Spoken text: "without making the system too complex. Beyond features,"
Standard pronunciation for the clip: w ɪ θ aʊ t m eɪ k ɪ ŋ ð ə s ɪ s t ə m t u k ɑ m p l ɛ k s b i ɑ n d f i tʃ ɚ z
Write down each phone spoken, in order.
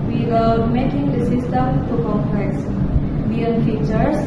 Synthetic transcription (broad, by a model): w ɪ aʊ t m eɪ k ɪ ŋ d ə s ɪ s t ə m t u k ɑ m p ɛ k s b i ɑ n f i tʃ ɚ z